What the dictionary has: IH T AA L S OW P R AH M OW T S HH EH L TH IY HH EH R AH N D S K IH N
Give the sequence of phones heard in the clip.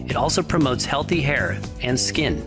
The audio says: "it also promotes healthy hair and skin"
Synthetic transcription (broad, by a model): IH T AA L S OW P R AH M OW T S HH EH L TH IY HH EH R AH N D S K IH N